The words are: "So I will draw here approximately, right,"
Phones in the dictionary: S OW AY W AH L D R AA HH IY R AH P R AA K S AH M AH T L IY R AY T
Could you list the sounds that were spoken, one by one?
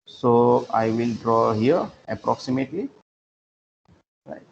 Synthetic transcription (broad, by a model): S OW AY W AH L D R AA HH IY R AH P R AA K S AH M AH T L IY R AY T